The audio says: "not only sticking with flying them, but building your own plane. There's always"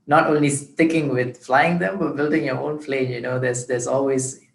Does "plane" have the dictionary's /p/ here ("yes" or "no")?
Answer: no